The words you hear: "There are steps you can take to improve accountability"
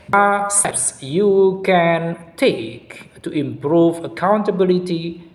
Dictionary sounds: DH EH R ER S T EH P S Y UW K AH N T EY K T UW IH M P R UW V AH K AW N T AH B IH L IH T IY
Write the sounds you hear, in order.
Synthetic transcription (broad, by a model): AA S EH S Y UW K AH N T EY K T UW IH M P R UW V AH K AW N T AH B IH L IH T IY